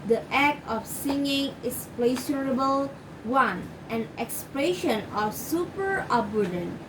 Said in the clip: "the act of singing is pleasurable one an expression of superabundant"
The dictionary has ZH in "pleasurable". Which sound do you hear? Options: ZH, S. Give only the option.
S